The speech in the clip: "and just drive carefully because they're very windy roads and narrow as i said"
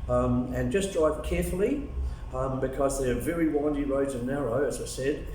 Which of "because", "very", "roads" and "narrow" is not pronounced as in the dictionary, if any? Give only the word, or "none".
none